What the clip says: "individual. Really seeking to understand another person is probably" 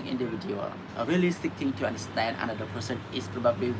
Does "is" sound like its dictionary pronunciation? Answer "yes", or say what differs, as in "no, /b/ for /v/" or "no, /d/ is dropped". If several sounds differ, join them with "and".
no, /s/ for /z/